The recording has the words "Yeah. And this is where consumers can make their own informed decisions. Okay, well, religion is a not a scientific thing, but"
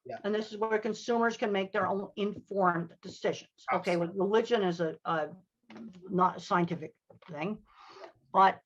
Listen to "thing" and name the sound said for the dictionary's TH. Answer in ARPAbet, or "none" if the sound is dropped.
TH